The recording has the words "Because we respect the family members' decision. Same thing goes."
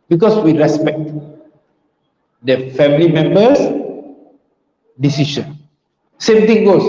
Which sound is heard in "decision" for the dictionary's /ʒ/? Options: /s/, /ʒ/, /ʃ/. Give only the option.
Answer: /ʃ/